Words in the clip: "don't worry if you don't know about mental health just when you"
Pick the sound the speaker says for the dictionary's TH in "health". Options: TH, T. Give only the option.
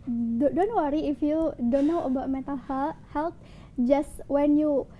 T